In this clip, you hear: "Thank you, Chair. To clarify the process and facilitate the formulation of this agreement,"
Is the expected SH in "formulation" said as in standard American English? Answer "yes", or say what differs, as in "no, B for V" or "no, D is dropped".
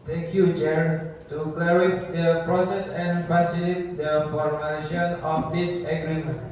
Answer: no, SH is dropped